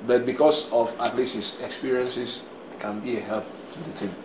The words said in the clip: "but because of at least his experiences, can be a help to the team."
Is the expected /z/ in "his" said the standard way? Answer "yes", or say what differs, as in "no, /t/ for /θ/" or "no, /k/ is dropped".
no, /s/ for /z/